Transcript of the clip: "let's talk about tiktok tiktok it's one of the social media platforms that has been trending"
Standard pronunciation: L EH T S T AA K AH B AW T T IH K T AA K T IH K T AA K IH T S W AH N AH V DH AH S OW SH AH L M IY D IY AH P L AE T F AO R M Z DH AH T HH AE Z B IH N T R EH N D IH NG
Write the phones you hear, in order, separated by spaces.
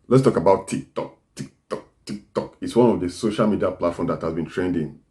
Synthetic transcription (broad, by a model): L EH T S T AA K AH B AW T T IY K T AA K T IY K T AA K IH T S W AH N AH V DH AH S OW SH AH L M IY D IY AH P L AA T F AO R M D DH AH T HH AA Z B IH N T R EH N D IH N